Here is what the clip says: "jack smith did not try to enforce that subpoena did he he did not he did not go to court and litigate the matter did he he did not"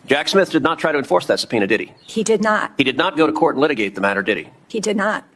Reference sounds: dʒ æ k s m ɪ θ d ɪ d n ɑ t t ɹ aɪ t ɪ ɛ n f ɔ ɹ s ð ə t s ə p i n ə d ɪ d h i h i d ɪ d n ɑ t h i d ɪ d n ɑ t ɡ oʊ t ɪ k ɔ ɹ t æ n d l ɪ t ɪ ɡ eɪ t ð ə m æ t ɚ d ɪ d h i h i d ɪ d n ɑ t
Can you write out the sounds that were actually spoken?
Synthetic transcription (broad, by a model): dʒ æ k s m ɪ θ d ɪ d n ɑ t t ɹ aɪ t ɪ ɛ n f ɔ ɹ s ð ə t s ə p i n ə d ɪ d i h i d ɪ d n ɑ t h i d ɪ d n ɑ t ɡ oʊ t ɪ k ɔ ɹ t n l ɪ t ɪ ɡ eɪ t ð ə m æ t ɚ d ɪ d i h i d ɪ d n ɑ t